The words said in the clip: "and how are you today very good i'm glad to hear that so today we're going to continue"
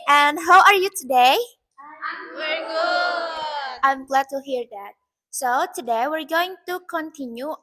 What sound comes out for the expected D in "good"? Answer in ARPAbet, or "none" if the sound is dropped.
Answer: none